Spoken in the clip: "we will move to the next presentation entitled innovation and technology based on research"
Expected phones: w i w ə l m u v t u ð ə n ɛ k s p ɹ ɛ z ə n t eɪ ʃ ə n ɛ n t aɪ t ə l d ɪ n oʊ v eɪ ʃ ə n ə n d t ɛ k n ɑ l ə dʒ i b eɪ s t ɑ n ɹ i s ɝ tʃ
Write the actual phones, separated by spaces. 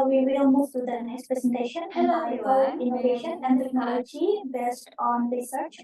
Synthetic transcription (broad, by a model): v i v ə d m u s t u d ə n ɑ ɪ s p ɹ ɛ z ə n t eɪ ʃ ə n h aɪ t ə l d ɪ n oʊ v eɪ ʃ ə n ə n d t ɛ k n ɑ l ə dʒ i b eɪ s t ɑ n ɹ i s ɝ tʃ